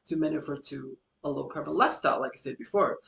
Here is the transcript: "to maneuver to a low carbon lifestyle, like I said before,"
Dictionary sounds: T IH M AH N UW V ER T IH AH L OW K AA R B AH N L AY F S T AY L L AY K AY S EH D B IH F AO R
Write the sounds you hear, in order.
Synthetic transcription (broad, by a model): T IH M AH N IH F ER T IH AH L OW K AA R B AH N L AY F S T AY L L AY K AY S EH D B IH F AO R